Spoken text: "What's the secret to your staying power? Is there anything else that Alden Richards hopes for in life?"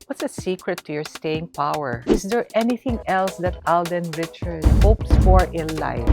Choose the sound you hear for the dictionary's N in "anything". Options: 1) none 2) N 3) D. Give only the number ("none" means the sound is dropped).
2